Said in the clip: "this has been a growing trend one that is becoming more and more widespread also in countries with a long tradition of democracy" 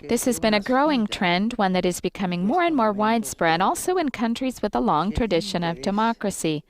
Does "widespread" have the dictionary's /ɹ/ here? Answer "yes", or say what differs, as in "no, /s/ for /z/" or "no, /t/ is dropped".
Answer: yes